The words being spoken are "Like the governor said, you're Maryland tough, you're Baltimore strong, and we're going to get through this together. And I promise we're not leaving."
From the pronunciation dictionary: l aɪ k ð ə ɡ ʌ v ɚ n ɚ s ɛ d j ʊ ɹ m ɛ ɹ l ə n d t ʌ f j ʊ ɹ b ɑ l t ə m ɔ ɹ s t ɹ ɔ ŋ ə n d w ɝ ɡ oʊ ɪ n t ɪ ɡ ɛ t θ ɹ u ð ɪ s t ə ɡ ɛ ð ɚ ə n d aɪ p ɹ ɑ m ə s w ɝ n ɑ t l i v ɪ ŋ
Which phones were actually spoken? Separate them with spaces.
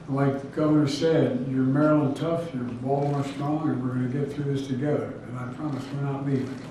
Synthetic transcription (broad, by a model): l aɪ k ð ɡ ʌ v ɚ n ɚ s ɛ d j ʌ ɹ m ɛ ɹ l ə n t ʌ f j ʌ ɹ b ɑ l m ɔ ɹ s t ɹ ɔ ŋ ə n w ɝ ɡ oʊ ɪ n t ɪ ɡ ɛ t θ ɹ u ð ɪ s t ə ɡ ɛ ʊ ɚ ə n aɪ p ɹ ɑ m ə s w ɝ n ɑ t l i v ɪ